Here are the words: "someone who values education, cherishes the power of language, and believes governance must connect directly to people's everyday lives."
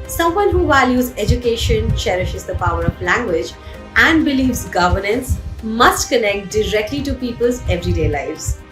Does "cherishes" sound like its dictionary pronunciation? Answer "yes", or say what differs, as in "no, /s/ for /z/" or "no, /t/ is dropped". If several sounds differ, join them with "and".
yes